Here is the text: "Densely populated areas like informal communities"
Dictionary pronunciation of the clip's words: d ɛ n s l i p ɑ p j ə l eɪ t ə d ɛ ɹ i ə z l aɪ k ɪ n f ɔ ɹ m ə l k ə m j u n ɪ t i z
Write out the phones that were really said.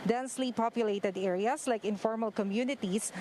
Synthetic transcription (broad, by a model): d ɛ n s l i p ɑ p j ə l eɪ t ə d ɛ ɹ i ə s l aɪ k ɪ n f ɔ ɹ m ə l k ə m j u n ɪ t i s